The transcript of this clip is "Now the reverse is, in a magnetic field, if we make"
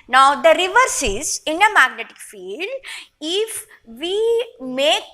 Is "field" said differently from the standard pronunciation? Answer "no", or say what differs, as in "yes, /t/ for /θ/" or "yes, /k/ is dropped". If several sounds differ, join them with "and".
no